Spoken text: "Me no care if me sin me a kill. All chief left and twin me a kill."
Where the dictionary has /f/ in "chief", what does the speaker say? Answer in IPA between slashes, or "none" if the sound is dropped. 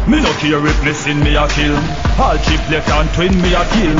/p/